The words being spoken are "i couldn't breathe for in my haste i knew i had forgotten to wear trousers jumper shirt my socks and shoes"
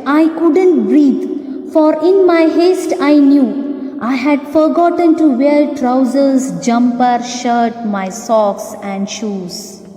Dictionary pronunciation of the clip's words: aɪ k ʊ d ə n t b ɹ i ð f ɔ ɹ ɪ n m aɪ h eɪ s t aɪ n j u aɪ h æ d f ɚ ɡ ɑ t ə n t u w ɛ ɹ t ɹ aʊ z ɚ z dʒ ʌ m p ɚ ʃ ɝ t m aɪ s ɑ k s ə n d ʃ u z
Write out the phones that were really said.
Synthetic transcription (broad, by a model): aɪ k ʊ d ə n t b ɹ i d f ɔ ɹ ɪ n m aɪ h eɪ s t aɪ n j u aɪ h æ d f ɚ ɡ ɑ t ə n t u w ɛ l t ɹ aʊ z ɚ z dʒ ʌ m p ɚ ʃ ɝ t m aɪ s ɑ k s ə n d ʃ u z